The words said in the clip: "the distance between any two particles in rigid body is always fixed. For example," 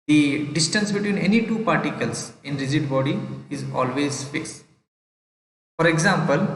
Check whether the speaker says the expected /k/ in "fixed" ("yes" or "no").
no